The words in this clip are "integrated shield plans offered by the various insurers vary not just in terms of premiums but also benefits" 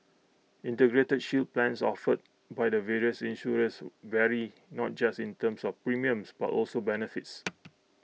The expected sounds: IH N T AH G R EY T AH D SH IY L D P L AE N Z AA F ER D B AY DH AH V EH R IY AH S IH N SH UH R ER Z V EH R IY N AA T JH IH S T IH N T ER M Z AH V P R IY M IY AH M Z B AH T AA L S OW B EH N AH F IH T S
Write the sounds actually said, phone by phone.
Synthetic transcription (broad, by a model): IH N T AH G R EY T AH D SH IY L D P L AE N S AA F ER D B AY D AH V EH R IY AH S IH N SH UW R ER S V EH R IY N AA T JH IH S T IH N T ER M S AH F P R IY M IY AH M S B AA T AA L S OW B EH N AH F IH T S